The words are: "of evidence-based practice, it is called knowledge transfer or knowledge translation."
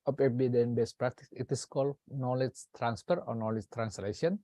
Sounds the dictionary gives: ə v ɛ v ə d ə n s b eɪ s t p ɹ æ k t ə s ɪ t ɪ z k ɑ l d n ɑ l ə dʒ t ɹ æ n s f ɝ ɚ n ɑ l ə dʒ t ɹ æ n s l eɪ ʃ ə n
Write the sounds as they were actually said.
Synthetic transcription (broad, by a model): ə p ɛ b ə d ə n b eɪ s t p ɹ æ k t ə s ɪ t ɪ s k ɑ l d n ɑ l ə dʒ t ɹ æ n s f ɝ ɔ n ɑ l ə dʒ t ɹ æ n s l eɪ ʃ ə n